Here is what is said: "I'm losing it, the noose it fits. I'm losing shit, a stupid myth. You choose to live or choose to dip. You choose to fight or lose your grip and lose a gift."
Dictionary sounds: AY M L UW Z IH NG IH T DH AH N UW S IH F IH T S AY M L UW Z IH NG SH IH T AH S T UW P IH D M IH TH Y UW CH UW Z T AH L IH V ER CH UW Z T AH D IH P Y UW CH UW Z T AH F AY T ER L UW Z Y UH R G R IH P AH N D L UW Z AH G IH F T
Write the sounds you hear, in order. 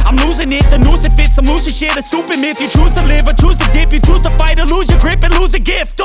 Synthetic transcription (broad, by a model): AY M L UW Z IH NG IH T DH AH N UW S IH F IH T S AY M L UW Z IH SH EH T AH S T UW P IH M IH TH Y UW CH UW Z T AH L IH V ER CH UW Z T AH D IH P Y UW CH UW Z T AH F AY T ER L UW Z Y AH G R IH P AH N L UW Z AH G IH F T